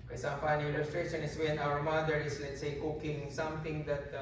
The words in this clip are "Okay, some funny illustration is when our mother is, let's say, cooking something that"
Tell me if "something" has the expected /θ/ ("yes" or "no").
no